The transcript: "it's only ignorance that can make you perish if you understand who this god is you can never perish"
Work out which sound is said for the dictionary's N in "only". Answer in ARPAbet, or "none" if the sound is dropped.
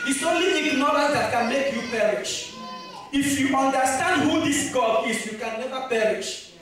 none